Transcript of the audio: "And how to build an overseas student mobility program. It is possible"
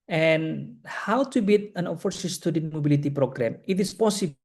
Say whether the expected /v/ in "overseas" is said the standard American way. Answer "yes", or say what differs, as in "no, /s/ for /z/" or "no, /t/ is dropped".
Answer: no, /f/ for /v/